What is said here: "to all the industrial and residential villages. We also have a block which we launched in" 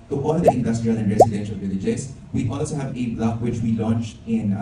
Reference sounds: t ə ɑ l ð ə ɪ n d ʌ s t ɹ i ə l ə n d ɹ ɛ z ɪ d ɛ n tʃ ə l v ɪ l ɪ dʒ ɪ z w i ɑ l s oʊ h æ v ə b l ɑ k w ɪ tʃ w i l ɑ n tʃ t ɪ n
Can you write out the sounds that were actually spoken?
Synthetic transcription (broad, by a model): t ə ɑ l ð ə ɪ n d ʌ s t ɹ i ə l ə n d ɹ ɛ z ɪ d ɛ n ʃ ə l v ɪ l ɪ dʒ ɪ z w i ɑ l s oʊ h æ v ə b l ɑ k w ɪ tʃ w i l ɑ n tʃ t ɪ n